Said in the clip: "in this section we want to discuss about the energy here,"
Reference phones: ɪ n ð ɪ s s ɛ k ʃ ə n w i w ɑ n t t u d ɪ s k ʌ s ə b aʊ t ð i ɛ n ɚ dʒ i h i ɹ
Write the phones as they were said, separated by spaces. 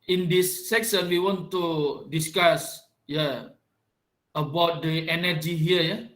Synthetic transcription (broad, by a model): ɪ n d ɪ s s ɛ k s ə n w i w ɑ n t t u d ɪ s k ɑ s ə b aʊ t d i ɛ n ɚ dʒ i h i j